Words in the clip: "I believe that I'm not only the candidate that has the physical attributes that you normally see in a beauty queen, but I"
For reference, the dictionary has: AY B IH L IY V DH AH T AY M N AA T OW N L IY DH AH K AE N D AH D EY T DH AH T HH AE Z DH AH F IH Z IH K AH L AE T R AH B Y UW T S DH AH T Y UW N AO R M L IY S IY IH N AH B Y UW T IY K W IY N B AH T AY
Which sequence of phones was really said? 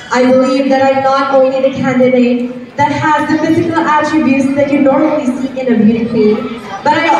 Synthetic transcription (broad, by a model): AY B IH L IY V DH AH T AY M N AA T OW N IY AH K AE N D AH D EY T DH AH T HH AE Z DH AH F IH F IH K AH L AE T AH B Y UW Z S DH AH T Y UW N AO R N L IY S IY IH N AH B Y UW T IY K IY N B AH T AY